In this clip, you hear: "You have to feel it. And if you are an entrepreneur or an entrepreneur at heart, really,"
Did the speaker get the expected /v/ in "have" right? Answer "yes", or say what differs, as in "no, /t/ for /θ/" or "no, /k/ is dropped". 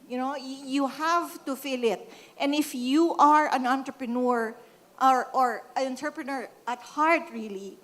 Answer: yes